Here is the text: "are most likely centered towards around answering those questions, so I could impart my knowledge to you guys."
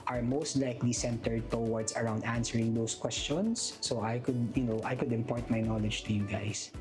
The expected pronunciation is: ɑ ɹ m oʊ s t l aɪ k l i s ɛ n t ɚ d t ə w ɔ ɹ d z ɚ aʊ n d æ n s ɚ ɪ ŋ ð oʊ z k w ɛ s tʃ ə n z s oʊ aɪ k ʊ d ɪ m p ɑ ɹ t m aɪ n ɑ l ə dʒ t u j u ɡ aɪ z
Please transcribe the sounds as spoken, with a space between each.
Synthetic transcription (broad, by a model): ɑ ɹ m oʊ s t l aɪ k l i s ɛ n t ɚ d t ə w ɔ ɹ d s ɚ aʊ n d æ n s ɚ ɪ ŋ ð oʊ s k w ɛ s tʃ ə n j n oʊ aɪ k ʊ d ɪ m p ɑ ɹ t m aɪ n ɑ l ə dʒ t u j u ɡ aɪ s